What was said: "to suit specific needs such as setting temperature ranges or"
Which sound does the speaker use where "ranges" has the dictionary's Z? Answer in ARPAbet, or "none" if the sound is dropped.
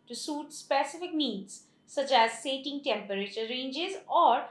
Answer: Z